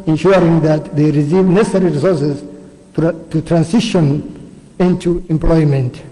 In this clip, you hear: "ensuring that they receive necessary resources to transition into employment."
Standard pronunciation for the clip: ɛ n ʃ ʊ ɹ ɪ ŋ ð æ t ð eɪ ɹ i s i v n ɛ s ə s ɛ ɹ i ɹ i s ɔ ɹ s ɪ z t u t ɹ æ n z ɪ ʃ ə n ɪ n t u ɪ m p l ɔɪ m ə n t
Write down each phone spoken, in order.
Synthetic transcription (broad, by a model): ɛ n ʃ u ɹ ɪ ŋ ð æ t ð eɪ ɹ i s i v n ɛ s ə s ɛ ɹ i ɹ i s ɔ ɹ s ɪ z t u t ɹ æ n s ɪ ʃ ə n ɪ n t u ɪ m p l ɔɪ m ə n t